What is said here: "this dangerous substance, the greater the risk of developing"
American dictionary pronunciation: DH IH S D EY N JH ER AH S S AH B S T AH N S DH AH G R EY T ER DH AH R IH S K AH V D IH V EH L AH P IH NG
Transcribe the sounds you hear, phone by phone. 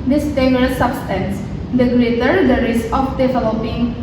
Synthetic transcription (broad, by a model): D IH S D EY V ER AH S S AH B S T AH N S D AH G L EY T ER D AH R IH S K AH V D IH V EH L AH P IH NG